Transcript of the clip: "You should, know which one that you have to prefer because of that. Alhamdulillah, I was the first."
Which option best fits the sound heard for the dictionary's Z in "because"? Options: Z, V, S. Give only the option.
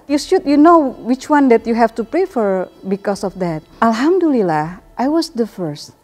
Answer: S